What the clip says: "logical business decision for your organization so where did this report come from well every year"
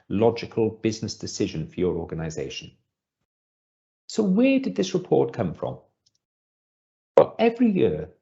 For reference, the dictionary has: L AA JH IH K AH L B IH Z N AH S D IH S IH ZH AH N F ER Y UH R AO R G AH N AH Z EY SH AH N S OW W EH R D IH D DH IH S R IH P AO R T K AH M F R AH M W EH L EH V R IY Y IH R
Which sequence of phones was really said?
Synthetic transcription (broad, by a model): L AA JH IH K AH L B IH Z N AH S D IH S IH ZH AH N F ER Y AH R AO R G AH N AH Z EY SH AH N S OW W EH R D IH D DH IH S R IH P AO R T K AH M F R AH M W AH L EH V R IY Y IH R